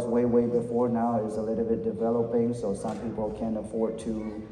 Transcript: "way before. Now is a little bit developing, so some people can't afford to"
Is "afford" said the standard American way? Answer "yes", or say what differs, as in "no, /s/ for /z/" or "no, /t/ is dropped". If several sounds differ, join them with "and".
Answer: yes